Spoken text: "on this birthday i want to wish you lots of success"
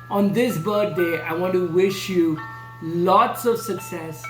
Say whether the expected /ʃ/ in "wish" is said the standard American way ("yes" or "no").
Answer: yes